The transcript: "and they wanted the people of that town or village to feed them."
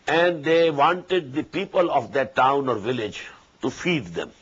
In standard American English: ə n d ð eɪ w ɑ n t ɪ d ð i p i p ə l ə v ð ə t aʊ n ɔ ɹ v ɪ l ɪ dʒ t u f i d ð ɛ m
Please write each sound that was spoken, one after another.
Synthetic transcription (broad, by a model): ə n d eɪ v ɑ n t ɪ d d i p i p ə l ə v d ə t aʊ n ɔ ɹ v ɪ l ɪ dʒ t u f i d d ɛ m